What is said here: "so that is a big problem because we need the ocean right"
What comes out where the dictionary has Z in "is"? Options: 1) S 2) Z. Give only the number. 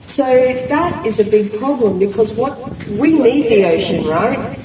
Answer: 2